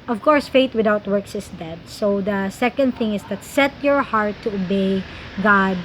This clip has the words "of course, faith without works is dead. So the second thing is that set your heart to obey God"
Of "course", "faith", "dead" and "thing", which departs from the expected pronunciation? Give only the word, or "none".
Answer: faith